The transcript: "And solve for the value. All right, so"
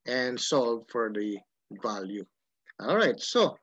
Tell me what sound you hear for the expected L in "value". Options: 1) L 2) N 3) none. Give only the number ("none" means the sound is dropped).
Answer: 1